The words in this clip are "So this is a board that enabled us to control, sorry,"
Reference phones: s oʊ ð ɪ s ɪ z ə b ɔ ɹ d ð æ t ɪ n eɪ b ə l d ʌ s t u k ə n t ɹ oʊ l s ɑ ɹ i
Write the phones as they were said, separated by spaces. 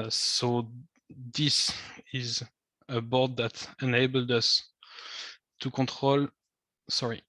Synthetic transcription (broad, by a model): s oʊ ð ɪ s ɪ z ə b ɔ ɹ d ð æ t ɪ n eɪ b ə l d ʌ s t u k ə t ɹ oʊ l s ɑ ɹ i